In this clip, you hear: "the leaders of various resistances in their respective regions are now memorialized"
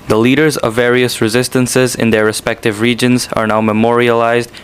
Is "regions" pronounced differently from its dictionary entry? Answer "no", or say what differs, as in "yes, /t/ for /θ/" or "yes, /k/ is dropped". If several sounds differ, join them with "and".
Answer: no